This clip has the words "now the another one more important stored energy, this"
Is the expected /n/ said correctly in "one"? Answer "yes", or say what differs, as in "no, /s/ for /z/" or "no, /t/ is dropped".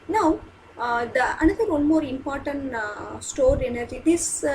no, /l/ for /n/